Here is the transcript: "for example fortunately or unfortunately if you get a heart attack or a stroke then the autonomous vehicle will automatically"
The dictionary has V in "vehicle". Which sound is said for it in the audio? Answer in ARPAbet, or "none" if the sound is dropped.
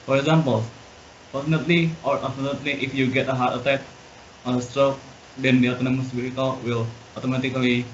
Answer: B